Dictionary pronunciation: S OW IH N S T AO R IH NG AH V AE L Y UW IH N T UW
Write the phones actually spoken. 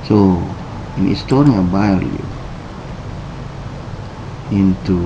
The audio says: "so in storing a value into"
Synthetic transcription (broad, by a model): S OW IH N S T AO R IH AH B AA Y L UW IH N T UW